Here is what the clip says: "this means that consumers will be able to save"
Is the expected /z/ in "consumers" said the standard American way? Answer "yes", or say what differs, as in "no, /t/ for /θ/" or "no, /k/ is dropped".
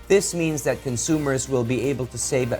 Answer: yes